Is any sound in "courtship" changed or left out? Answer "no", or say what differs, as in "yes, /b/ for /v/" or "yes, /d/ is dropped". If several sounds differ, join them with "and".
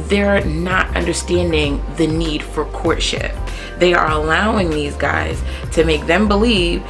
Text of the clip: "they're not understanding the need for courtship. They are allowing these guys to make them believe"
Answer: no